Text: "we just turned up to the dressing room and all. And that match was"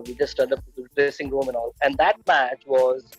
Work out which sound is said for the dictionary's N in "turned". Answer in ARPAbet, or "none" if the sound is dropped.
none